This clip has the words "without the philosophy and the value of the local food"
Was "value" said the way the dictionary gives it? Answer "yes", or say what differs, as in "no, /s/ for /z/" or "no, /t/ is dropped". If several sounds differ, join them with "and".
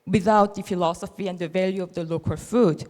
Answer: yes